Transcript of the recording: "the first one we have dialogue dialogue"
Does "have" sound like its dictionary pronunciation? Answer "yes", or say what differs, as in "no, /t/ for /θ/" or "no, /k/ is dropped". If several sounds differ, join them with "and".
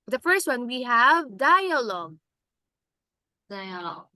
yes